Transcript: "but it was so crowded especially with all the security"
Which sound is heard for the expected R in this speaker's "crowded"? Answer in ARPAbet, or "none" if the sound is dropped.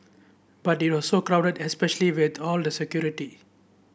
R